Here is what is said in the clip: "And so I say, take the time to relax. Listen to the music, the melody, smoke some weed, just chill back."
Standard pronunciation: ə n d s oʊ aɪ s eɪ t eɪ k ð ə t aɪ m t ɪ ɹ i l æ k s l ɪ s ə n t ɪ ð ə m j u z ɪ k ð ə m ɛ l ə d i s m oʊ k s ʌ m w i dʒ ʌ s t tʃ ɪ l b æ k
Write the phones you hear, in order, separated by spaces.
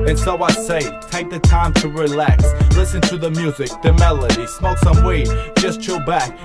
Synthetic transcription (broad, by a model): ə n s oʊ aɪ s eɪ t eɪ k ð ə t aɪ m t ɪ ɹ i l æ k s l ɪ s ə n t ɪ ð ə m j u z ɪ k ð ə m ɛ l ə d i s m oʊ s ʌ m w i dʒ ʌ s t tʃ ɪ b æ k